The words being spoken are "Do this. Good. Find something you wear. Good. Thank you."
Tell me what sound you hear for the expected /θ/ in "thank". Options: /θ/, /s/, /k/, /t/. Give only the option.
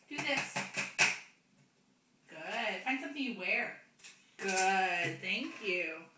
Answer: /θ/